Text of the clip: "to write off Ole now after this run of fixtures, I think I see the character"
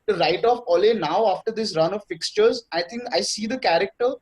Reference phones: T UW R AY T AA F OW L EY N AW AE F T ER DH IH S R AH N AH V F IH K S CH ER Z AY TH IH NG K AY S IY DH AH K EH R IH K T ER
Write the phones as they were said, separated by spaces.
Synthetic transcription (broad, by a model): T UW R AY T AA F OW L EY N AW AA F T ER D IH S R AH N AH V F IH K S CH ER Z AY T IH NG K AY S IY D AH K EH R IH K T ER